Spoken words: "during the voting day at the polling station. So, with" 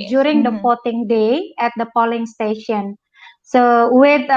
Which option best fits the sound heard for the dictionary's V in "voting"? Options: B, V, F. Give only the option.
F